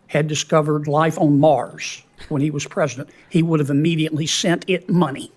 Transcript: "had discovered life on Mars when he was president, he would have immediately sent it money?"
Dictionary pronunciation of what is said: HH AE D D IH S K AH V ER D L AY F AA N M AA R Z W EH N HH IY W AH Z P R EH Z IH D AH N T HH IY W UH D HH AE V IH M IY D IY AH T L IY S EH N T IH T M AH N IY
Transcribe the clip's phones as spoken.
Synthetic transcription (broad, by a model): HH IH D D IH S K AH V ER D L AY F N M AA R Z W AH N IY W AH Z P R EH Z IH D AH N T HH IY W UH D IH V IH M IY D IY AH T L IY S EH N T IH T M AH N IY